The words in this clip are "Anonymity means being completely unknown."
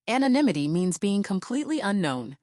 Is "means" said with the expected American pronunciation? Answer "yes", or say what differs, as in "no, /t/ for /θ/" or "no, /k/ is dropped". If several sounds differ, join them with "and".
yes